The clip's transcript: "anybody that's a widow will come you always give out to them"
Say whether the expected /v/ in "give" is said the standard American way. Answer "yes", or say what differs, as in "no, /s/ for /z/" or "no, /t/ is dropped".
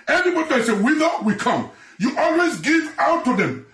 yes